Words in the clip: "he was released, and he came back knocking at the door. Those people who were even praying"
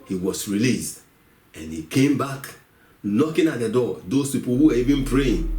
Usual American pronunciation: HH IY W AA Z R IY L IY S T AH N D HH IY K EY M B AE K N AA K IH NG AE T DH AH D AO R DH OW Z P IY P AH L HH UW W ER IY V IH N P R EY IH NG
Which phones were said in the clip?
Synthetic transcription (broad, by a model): HH IY W AA S R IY L IY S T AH N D HH IY K EY M B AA K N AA K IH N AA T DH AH D AO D OW S P IY P AH L HH UW W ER IY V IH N P R EY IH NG